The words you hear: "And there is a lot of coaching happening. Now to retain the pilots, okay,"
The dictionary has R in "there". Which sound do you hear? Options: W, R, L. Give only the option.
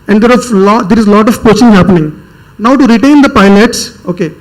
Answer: L